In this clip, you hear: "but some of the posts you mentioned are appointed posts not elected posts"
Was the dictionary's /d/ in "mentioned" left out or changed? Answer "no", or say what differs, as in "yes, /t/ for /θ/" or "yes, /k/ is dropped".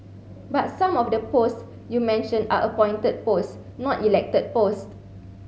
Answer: yes, /d/ is dropped